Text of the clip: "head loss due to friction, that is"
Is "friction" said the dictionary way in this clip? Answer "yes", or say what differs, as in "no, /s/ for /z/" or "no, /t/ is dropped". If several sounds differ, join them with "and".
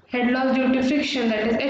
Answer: no, /ɹ/ is dropped